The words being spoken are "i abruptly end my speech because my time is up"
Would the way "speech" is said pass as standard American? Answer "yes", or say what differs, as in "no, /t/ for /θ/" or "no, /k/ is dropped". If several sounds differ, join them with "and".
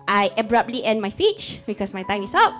yes